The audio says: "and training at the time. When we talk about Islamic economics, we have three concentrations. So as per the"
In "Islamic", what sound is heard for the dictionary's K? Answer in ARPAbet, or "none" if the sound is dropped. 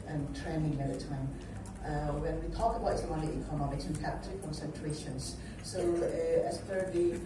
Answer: none